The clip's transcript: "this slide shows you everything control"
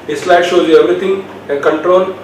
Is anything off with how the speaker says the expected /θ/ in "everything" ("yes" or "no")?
yes